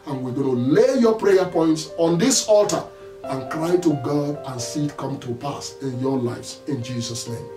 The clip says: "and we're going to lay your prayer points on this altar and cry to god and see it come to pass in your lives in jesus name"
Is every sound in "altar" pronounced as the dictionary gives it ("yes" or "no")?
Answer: yes